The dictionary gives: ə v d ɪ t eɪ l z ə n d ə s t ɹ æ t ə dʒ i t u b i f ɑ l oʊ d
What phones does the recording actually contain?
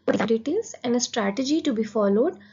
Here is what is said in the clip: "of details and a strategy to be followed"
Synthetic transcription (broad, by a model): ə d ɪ t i z ə n d ə s t ɹ æ t ə dʒ i t u b i f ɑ l oʊ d